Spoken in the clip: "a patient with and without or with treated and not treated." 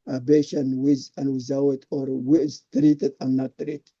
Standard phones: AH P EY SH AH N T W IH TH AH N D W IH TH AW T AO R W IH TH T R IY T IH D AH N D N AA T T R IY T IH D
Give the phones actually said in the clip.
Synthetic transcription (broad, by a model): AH B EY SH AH N W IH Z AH N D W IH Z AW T AO R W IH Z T R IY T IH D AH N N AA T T R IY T